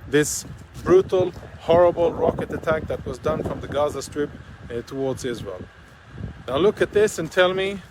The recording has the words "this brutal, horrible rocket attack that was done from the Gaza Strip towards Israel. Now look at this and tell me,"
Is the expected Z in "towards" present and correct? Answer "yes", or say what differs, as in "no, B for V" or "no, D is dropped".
yes